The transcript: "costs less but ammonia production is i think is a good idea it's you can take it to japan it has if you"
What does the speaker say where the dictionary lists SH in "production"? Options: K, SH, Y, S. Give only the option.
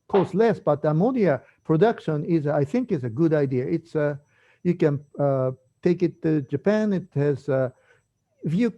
SH